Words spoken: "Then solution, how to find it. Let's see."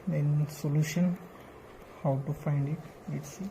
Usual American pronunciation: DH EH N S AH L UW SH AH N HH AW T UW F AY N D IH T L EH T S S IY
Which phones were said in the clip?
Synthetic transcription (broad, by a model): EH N S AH L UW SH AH N HH AW T UW F AY N D IH T W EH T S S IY